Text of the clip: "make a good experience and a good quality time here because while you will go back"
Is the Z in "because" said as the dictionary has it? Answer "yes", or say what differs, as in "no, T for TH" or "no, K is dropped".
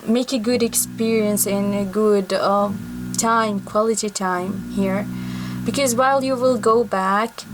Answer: yes